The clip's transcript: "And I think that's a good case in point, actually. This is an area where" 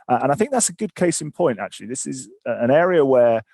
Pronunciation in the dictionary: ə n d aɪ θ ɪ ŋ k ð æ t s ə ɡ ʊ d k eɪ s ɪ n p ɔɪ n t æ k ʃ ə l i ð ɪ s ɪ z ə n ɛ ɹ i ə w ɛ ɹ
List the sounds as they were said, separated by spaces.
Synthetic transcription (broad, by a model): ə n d aɪ θ ɪ ŋ k ð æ t s ə ɡ ʊ d k eɪ s ɪ n p ɔɪ n t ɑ k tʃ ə l i ð ɪ s ɪ z ə n ɛ ɹ i ə w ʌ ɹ